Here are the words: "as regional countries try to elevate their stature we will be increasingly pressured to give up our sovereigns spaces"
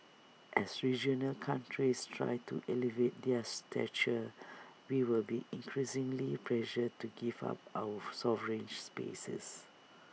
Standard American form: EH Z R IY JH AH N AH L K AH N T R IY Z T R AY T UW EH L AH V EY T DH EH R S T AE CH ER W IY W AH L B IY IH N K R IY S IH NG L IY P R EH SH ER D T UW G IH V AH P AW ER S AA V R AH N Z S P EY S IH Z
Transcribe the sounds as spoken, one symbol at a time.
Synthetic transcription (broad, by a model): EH S R IY JH AH N AH L K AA N T R IY S T R AY T UW EH L AH V EY T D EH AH S T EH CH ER W IY W AH L B IY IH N K R IY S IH NG L IY P L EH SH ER T UW G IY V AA P AW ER S AA V R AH N S P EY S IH S